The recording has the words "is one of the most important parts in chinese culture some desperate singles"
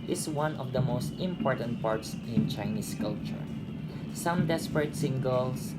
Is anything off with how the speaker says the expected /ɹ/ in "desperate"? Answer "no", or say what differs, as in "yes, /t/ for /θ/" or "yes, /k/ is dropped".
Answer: no